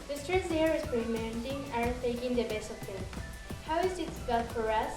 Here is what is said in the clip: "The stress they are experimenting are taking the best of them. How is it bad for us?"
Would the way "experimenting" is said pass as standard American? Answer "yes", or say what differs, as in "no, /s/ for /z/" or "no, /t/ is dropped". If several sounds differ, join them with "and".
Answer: no, /k/ is dropped